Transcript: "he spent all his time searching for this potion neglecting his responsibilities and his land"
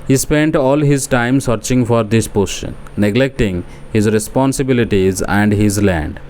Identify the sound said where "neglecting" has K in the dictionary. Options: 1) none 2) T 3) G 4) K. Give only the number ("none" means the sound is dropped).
4